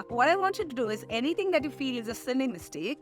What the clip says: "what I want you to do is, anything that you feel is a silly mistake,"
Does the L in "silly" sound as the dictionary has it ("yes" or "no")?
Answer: no